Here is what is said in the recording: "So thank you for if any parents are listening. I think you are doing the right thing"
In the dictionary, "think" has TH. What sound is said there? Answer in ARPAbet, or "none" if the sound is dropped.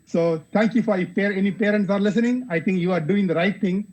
T